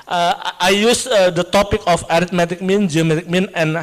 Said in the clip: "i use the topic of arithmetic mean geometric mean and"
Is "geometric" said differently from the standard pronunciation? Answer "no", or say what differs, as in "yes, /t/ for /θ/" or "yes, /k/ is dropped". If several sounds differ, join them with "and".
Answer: yes, /ɹ/ is dropped